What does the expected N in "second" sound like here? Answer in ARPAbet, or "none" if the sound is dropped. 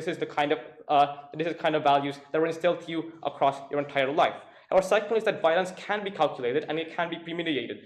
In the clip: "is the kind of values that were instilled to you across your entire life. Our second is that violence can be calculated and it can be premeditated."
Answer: L